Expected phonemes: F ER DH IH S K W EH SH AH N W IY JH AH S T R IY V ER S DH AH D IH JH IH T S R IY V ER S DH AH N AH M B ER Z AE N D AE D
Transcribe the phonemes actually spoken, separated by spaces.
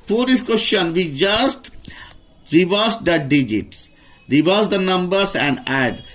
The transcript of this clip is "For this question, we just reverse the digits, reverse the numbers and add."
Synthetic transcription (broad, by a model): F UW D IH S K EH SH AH N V IY JH AH S T R IY V ER S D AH D IH JH IH T S R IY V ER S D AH N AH M B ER S AE N D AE D